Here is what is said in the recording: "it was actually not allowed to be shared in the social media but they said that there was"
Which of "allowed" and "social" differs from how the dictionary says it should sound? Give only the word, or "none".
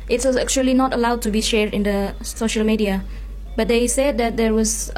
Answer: none